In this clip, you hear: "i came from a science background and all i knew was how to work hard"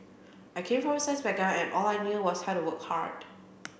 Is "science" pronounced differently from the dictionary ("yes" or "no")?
yes